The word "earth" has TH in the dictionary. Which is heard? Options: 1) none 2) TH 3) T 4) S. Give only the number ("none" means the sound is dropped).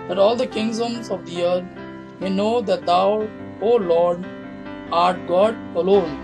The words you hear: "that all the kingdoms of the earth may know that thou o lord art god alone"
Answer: 3